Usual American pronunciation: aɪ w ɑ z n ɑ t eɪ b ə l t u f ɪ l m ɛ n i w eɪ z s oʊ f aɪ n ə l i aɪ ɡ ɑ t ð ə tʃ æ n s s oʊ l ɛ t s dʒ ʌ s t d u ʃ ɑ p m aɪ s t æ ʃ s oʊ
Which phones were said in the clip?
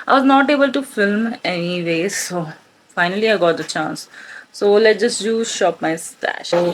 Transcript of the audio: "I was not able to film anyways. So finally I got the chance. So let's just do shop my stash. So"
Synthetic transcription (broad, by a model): aɪ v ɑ z n ɑ t eɪ b ə l t u f ɪ l m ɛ n i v eɪ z s oʊ f aɪ n ə l i aɪ ɡ ɑ t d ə tʃ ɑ n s s oʊ l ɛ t dʒ ʌ s t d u ʃ ɑ p m aɪ s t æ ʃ